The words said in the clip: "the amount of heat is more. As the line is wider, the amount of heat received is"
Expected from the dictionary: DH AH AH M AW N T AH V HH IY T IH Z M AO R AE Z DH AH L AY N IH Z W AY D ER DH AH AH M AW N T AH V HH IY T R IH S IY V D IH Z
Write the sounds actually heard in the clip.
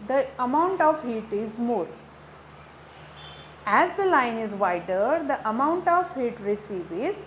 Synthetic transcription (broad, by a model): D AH AH M AW N T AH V HH IY T IH Z M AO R AE Z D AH L AY N IH Z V AY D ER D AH AH M AW N T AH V HH IY T R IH S IY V IH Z